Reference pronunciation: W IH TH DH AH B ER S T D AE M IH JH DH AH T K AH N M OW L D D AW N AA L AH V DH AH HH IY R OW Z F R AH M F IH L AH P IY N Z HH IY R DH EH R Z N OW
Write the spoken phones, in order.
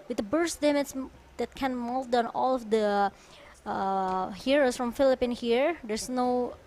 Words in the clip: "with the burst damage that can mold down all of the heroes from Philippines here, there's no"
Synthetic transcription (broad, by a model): W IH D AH B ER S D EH M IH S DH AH T K AH N M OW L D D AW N AA L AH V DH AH HH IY R OW S F R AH M F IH L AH P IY N HH IY R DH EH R S N OW